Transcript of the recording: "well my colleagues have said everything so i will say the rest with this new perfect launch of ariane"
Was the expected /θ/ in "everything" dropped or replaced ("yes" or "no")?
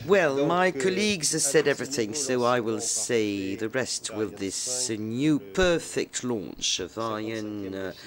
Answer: no